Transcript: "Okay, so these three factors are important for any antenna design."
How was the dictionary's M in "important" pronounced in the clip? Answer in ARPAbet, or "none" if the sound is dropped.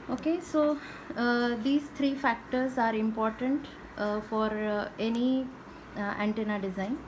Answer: M